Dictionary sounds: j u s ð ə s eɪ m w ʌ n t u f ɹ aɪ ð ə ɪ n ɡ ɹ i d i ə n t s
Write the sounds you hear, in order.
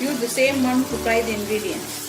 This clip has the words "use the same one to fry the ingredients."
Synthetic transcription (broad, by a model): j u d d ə s eɪ m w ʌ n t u p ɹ aɪ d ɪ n ɡ ɹ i d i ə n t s